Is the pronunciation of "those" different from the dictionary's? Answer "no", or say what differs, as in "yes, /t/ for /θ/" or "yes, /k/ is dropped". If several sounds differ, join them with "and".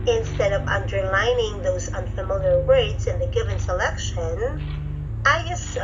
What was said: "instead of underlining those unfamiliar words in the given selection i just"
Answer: no